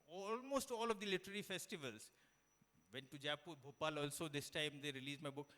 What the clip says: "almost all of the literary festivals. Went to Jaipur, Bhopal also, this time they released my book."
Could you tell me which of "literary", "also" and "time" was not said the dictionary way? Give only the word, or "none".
none